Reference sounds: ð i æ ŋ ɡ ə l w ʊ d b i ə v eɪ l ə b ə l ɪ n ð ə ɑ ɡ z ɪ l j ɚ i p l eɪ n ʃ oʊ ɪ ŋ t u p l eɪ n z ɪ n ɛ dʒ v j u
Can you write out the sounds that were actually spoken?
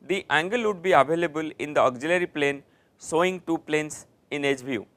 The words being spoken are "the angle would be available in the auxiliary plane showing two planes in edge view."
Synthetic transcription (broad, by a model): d i æ ŋ ɡ ə l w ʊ d b i ə v eɪ l ə b ə l ɪ n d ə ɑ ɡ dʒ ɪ l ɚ i p l eɪ n s oʊ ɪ ŋ t u p l eɪ n s ɪ n ɛ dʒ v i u